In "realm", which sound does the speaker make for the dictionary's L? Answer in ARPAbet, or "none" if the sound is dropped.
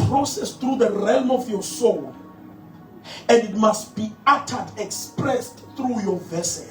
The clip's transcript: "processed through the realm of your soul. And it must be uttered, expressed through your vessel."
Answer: L